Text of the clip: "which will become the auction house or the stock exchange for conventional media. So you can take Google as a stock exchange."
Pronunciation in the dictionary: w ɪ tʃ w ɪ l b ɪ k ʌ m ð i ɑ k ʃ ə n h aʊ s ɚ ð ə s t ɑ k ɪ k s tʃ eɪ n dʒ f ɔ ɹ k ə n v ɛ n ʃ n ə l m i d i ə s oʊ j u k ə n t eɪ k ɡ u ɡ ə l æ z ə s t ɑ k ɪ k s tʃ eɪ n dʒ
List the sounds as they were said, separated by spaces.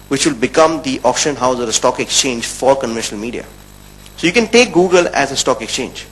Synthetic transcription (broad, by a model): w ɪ tʃ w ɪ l b ɪ k ʌ m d i ɑ k ʃ ə n h aʊ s ɚ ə s t ɑ k ɪ k s tʃ eɪ n dʒ f ɔ ɹ k ə n v ɛ n ʃ n ə l m i d i ə s oʊ j u k ə n t eɪ k ɡ u ɡ ə l æ z ə s t ɑ k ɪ k s tʃ eɪ n dʒ